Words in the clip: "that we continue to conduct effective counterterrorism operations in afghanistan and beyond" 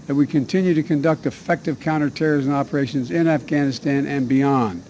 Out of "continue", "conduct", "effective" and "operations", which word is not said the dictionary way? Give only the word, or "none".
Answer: none